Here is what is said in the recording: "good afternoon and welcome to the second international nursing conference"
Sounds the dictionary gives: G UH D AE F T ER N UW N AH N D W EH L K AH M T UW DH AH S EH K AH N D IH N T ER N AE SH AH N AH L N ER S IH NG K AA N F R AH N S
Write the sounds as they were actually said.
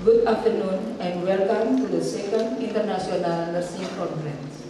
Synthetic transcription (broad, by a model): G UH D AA F T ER N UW N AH N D W EH L K AH M T UW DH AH S EH K AH N D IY N T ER N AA S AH N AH L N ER S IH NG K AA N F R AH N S